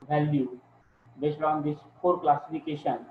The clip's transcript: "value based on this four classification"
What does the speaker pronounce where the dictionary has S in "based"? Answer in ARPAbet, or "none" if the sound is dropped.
SH